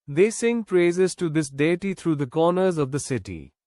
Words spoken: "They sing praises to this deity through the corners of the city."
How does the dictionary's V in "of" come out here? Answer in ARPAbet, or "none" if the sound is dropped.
V